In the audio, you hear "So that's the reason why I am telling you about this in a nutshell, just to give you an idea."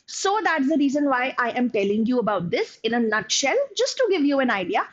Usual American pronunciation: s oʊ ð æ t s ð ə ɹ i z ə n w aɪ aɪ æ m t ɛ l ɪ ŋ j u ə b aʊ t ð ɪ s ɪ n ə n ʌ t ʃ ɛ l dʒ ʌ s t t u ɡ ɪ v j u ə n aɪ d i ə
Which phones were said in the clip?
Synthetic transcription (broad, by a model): s oʊ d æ t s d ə ɹ i z ə n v aɪ aɪ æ m t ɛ l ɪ ŋ j u ə b aʊ t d ɪ s ɪ n ə n ʌ t ʃ ɛ l dʒ ʌ s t t u ɡ ɪ v j u ə n aɪ d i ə